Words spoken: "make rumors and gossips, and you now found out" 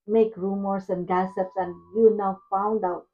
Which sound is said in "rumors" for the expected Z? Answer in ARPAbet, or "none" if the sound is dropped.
S